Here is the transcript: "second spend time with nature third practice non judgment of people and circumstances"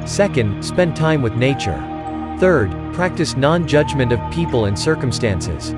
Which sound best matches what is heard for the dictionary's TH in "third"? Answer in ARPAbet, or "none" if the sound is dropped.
TH